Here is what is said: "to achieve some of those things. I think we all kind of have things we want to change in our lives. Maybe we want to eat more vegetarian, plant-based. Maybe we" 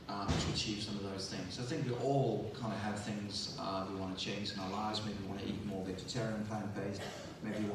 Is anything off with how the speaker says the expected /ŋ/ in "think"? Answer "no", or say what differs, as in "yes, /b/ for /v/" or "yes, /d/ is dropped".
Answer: no